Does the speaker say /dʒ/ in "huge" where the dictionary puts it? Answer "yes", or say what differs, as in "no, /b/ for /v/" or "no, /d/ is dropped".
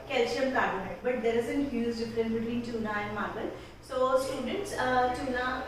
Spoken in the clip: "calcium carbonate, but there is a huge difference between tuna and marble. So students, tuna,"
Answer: no, /z/ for /dʒ/